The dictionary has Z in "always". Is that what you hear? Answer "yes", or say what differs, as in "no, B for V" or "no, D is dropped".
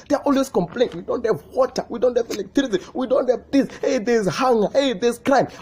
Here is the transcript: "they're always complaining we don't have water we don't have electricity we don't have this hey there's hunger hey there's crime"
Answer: no, S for Z